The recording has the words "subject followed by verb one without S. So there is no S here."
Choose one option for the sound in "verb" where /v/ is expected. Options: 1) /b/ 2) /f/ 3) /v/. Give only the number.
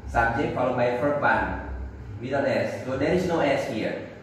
2